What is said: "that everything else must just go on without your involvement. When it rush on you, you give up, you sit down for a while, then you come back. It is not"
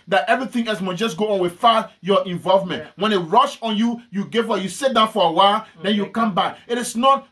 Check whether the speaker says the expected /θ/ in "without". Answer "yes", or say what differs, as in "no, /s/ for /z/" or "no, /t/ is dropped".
no, /f/ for /θ/